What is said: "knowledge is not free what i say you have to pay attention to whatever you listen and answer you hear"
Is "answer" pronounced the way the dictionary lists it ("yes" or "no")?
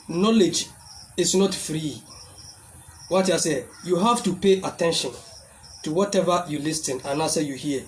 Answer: no